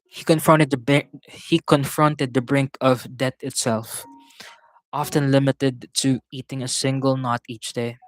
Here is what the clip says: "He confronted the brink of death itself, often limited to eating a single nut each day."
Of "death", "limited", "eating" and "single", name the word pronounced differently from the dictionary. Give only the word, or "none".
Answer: death